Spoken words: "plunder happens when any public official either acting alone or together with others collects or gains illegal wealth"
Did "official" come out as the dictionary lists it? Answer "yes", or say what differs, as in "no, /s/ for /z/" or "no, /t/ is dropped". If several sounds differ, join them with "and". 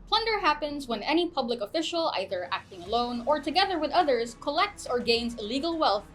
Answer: yes